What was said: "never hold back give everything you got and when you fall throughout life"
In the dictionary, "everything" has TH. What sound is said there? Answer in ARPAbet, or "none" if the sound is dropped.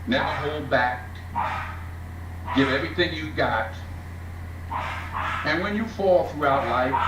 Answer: TH